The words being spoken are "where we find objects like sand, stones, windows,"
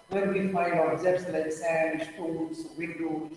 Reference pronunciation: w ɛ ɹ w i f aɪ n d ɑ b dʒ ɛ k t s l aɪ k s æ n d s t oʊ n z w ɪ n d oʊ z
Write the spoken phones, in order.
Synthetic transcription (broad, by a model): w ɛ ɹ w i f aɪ d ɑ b z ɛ t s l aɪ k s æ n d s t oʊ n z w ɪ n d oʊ